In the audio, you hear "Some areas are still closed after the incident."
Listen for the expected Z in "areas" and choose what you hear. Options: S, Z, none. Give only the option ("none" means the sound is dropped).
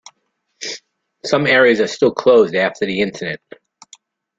Z